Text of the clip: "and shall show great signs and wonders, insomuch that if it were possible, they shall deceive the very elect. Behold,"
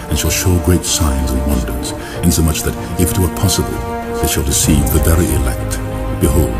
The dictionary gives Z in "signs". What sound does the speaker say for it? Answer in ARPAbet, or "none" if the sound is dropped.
Z